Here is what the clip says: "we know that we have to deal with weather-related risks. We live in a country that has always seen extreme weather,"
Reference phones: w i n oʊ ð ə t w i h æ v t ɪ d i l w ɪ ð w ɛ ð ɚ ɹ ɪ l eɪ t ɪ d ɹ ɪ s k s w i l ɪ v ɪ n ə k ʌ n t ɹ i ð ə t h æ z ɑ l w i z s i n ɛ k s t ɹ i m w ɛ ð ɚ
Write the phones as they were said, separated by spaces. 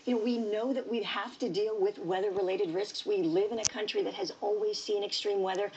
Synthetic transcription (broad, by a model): w i n oʊ ð ə t w i h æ f t ɪ d i l w ɪ ð w ɛ ð ɚ ɹ ɪ l eɪ t ɪ d ɹ ɪ s k s w i l ɪ v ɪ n ə k ʌ n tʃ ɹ i ð ə t h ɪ z ɑ l w i z s i n ɛ k s t ɹ i m w ɛ ð ɚ